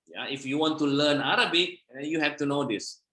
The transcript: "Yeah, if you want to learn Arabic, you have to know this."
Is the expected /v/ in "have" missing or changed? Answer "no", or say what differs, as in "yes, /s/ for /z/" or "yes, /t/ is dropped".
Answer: yes, /f/ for /v/